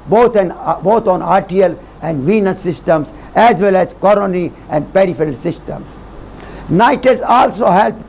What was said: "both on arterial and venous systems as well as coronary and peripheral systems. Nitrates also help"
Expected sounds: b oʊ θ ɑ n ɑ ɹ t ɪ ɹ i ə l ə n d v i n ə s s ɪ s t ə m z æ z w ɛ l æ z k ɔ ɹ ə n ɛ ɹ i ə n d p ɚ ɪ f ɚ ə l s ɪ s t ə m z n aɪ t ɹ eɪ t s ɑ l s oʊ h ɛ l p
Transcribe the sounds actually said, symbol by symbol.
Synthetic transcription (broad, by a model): b oʊ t ɑ n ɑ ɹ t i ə l ə n d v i n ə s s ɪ s t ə m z æ z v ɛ l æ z k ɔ ɹ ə n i ə n d p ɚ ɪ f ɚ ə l s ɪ s t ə m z n aɪ t eɪ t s ɑ l s oʊ h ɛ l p